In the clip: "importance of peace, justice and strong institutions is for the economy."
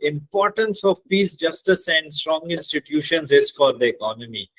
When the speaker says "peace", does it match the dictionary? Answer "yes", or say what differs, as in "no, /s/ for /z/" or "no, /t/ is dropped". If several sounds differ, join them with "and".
yes